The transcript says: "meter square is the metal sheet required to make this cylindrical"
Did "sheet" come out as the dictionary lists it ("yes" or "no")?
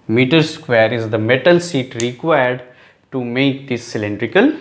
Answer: no